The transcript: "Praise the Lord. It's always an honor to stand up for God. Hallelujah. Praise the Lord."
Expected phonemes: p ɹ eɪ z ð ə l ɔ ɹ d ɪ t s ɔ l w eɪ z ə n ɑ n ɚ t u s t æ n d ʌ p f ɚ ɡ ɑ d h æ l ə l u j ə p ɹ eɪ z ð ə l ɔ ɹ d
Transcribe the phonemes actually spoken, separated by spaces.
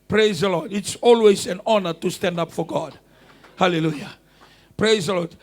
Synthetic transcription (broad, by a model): p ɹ eɪ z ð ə l ɔ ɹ d ɪ t s ɔ l w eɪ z ə n ɑ n ɚ t u s t æ n d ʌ p f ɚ ɡ ɑ d h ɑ l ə l u j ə p ɹ eɪ z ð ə l ɔ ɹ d